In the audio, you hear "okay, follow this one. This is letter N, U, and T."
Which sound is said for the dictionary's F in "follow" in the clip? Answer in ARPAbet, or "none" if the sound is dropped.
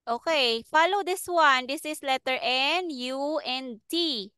F